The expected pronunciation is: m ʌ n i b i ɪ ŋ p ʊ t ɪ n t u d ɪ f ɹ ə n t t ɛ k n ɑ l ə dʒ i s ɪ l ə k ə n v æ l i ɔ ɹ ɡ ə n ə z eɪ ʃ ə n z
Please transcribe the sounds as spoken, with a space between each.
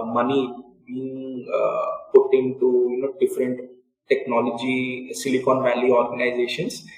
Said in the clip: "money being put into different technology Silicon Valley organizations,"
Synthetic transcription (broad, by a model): m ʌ n i b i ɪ ŋ p ʊ t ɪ n t u d ɪ f ɹ ə n t t ɛ k n ɑ l ə dʒ i s ɪ l ə k ə n v æ l i ɔ ɹ ɡ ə n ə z eɪ ʃ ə n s